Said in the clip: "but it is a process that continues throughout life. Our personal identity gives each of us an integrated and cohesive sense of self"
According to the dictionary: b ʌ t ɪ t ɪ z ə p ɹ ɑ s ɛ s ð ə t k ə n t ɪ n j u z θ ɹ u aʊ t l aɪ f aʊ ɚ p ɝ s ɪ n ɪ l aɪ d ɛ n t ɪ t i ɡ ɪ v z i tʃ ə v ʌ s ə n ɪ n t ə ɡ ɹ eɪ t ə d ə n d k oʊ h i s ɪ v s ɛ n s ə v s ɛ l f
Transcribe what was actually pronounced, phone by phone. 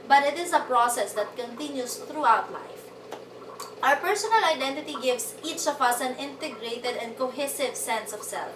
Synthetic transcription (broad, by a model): b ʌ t ɪ t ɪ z ə p ɹ ɑ s ɛ s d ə t k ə n t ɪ n j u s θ ɹ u aʊ t l aɪ f aʊ ɚ p ɝ s ɪ n ɪ l aɪ d ɛ n t ɪ t i ɡ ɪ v s i tʃ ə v ʌ s ə n ɪ n t ə ɡ ɹ eɪ t ə d ə n d k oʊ h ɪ s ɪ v s ɛ n s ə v s ɛ l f